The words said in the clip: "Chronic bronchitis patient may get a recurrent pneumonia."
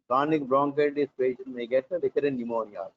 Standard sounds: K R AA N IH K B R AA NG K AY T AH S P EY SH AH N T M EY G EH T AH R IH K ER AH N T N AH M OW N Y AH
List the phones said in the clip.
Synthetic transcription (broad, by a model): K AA N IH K B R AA NG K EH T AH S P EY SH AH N M EY G EH T AH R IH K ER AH T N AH M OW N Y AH